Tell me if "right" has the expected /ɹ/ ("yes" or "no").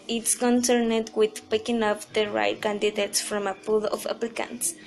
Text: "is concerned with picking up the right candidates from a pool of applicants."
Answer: yes